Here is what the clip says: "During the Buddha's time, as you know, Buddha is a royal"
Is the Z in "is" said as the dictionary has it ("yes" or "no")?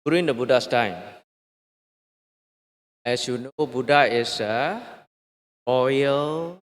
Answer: no